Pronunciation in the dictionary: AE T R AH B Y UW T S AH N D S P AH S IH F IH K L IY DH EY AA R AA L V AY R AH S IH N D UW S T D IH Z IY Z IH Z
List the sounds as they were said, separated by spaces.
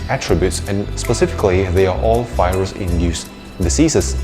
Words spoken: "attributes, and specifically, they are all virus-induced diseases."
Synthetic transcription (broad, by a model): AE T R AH B Y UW T S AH N S P AH S IH F IH K L IY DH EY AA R AA L F AY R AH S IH N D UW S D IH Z IY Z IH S